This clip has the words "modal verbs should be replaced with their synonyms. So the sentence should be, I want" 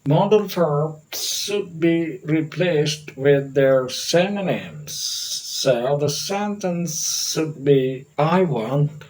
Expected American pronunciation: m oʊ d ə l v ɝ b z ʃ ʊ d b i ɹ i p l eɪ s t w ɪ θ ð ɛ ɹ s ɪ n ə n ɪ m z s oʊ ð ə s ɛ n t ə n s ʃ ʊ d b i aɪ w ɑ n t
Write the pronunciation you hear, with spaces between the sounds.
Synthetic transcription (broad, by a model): m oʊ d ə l f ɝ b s ʃ ʊ d b i ɹ i p l eɪ s t w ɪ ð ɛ ɹ s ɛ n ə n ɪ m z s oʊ ð ə s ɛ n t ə n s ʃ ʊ d b i aɪ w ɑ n